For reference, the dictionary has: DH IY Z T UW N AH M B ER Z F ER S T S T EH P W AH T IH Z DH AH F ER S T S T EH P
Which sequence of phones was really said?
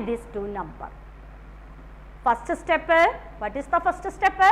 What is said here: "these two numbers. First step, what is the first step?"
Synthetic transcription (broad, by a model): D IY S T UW N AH M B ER F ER S T S T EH P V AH T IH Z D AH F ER S T S T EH P